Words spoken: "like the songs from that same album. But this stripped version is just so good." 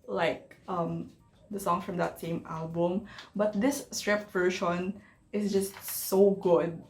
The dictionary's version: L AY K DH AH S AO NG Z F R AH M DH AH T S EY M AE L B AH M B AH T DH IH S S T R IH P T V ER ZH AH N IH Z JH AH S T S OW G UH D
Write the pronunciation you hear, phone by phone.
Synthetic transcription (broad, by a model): L AY K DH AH S AO NG F R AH M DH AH T S EY M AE L B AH M B AH T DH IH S S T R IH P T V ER SH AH N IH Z JH AH S T S OW G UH D